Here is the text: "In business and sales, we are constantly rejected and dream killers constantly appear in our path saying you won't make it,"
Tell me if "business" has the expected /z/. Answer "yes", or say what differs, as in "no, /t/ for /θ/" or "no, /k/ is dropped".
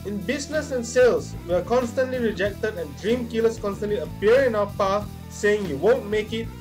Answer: no, /s/ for /z/